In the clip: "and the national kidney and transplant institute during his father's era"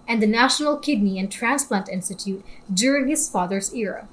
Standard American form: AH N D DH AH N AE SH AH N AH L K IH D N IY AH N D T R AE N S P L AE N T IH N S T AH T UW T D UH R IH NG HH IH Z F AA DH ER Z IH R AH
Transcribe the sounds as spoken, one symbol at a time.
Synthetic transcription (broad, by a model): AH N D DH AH N AE SH AH N AH L K IH D N IY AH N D T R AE N S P L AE N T IH N S T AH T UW T D UH R IH NG HH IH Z F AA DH ER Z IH R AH